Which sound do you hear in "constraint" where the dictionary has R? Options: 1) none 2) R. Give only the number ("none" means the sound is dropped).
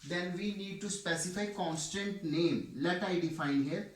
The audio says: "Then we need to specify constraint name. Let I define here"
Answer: 1